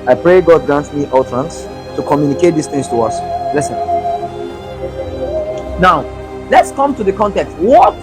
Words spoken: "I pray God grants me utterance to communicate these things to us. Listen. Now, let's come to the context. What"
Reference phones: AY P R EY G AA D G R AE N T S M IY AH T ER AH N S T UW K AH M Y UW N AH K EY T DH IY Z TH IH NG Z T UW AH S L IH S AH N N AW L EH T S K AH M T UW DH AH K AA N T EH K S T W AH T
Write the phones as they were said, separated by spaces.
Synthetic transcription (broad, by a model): AY P R EY G AA D G R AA N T M IY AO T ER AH N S T UW K AH M Y UW N AH K EY T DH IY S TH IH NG S T UW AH S L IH S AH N N AW L EH T S K AH M T UW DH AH K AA N T EH K S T W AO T